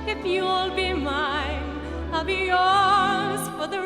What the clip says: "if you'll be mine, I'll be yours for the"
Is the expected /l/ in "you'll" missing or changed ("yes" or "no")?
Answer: no